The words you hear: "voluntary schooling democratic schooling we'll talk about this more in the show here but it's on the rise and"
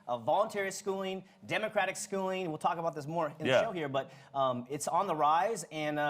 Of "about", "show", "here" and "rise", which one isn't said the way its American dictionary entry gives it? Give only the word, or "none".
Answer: none